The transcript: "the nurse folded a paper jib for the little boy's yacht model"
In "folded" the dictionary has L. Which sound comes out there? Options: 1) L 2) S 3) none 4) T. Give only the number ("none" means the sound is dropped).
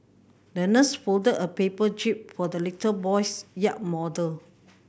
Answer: 1